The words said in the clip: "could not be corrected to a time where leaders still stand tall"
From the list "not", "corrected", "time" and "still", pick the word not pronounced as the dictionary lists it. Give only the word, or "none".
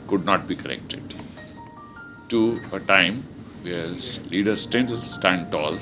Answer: still